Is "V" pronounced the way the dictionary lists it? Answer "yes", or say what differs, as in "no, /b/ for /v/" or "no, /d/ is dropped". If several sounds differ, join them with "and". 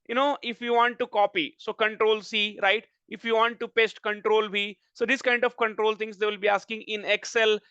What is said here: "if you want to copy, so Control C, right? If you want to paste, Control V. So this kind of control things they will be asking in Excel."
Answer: no, /b/ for /v/